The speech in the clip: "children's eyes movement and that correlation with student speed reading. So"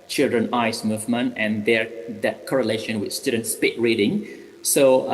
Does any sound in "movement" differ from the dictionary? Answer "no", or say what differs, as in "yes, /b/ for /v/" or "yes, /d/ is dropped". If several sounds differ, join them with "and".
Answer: yes, /t/ is dropped